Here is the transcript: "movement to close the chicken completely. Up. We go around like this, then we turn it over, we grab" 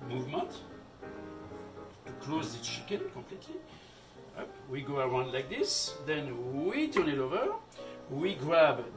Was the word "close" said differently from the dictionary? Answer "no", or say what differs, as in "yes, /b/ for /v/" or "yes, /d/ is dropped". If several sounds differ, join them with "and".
no